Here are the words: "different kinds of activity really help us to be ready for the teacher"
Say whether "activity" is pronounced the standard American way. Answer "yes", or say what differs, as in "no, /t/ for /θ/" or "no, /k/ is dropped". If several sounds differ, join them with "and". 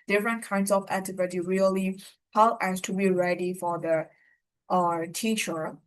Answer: no, /k/ is dropped